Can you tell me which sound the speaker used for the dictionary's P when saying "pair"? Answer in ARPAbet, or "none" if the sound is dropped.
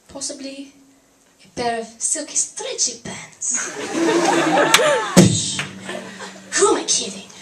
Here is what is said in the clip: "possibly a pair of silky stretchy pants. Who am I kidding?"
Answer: B